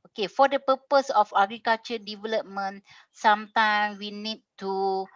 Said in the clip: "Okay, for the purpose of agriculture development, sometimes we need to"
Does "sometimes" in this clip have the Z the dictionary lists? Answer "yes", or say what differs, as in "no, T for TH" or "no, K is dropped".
no, Z is dropped